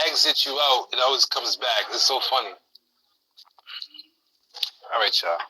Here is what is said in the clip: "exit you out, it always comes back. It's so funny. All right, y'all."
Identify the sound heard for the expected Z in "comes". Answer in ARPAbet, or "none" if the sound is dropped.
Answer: Z